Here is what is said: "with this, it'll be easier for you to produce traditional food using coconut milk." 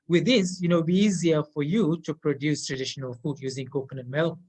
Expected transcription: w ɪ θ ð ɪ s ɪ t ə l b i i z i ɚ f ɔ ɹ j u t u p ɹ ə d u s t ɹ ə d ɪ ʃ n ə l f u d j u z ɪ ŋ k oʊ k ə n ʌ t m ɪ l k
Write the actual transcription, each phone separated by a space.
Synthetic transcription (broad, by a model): w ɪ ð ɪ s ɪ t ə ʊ b i i z i ɚ f ɔ ɹ j u t u p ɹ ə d u s t ɹ ə d ɪ ʃ n ə l f u d j u z ɪ ŋ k oʊ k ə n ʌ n m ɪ l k